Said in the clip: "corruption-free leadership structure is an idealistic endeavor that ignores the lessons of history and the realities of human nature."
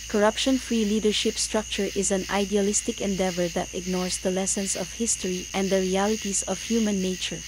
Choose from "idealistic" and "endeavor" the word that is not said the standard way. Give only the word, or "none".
none